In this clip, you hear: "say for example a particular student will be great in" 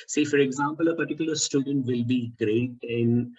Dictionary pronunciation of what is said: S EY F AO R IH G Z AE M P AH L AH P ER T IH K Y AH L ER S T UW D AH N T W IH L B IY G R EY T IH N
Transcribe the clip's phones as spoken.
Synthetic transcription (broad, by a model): S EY F AO R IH G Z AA M P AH L AH P ER T IH K Y AH L ER S T UW D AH N T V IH L B IY G R EY T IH N